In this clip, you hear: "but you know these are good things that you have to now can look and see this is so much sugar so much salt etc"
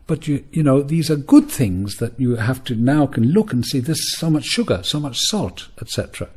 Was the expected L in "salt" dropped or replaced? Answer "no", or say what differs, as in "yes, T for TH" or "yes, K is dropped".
no